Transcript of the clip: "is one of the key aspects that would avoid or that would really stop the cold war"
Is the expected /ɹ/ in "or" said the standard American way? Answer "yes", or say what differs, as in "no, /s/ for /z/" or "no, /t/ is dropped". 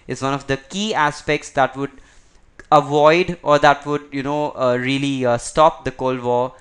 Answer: yes